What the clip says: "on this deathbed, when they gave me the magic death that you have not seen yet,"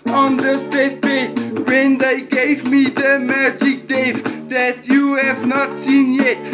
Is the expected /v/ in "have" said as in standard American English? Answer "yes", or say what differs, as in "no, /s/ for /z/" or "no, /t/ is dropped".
yes